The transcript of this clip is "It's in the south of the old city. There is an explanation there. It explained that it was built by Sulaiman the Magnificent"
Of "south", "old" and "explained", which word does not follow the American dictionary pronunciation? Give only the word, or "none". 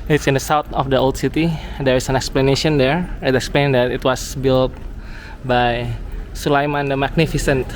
south